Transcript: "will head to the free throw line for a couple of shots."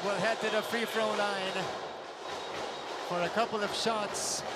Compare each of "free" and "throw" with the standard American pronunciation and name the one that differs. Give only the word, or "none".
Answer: throw